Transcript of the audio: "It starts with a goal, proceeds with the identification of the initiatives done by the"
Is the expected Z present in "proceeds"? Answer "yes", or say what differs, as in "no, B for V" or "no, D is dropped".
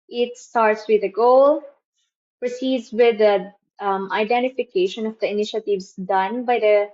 no, S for Z